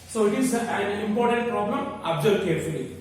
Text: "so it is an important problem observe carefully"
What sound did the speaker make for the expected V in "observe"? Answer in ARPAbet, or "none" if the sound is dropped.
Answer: B